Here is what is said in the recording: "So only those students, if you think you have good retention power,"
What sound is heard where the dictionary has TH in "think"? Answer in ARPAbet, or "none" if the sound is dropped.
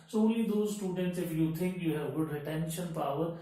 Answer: T